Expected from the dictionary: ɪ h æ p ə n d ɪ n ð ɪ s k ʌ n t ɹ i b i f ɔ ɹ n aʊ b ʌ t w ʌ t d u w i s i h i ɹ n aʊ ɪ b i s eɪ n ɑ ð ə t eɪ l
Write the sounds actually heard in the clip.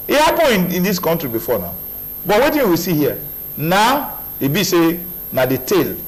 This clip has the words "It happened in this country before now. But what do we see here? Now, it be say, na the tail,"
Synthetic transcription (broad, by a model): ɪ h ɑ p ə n ɪ n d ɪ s k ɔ n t ɹ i b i f ɔ n aʊ b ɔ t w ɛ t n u w i s i h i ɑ n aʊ ɪ b i s eɪ n ɑ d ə t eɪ l